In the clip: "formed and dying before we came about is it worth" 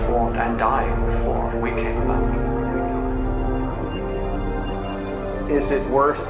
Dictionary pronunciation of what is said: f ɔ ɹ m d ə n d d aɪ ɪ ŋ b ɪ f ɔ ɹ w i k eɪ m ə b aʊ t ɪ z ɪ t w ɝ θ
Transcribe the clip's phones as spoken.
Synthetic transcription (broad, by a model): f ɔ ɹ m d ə n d d aɪ ɪ ŋ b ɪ f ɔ ɹ w i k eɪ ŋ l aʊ ɪ z ɪ t w ɝ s